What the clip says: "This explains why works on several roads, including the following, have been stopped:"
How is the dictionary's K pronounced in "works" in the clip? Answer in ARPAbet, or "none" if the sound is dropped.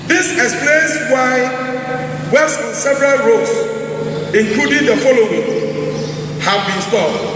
none